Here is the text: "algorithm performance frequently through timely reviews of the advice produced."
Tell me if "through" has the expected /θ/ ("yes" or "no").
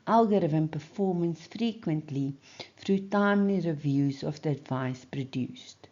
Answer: no